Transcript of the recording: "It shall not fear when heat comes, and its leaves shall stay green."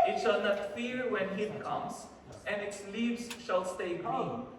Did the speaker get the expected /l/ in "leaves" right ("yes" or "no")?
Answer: yes